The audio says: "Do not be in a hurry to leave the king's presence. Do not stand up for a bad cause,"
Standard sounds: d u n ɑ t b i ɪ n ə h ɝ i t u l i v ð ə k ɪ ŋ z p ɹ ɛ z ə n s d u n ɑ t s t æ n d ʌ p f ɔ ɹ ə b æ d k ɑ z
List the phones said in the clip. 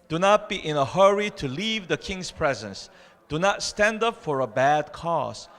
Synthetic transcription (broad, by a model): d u n ɑ t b i ɪ n ə h ɝ i t u l i v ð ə k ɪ ŋ s p ɹ ɛ z ə n s d u n ɑ t s t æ n d ʌ p f ɔ ɹ ə b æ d k ɑ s